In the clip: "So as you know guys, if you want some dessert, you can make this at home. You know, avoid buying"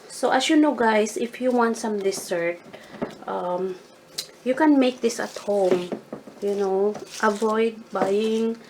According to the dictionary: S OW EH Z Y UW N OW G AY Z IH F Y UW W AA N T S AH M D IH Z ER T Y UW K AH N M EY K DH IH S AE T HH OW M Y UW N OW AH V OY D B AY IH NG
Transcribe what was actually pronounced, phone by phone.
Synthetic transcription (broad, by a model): S OW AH S Y UW N OW G AY S IH F Y UW W AA N T S AH M D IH S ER T Y UW K AH N M EY K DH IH S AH T HH OW M Y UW N OW AH V OY D B AY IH NG